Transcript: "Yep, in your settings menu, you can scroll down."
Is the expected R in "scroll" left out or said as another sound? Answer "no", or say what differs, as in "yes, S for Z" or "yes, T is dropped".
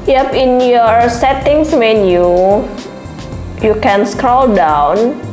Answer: no